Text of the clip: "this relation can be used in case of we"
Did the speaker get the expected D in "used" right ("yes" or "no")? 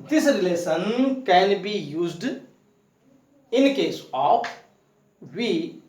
yes